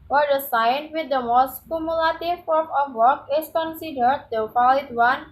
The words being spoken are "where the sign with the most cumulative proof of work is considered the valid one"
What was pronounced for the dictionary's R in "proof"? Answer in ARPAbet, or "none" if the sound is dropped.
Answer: none